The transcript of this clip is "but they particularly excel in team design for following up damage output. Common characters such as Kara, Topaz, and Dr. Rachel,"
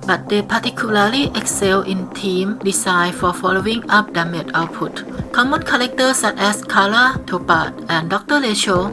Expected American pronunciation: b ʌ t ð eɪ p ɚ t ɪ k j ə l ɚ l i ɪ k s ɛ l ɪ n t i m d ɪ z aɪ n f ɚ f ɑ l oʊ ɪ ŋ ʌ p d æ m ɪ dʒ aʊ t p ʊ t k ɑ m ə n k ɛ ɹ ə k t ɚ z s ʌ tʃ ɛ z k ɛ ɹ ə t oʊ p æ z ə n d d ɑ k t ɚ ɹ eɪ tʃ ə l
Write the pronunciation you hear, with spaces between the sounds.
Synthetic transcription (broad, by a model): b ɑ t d eɪ p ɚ t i k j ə l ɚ l i ɪ k s ɛ l ɪ n t i m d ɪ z aɪ f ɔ f ɑ l oʊ ɪ ŋ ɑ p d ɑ m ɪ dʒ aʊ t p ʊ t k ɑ m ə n k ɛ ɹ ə k t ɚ s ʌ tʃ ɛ s k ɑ l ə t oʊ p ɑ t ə n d d ɑ k t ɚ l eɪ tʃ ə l